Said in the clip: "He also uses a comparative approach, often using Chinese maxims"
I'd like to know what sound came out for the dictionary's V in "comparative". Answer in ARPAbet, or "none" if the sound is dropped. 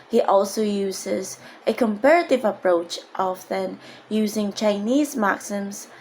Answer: V